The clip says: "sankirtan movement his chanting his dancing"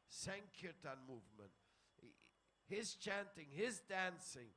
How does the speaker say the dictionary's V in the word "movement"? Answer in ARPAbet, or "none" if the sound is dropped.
V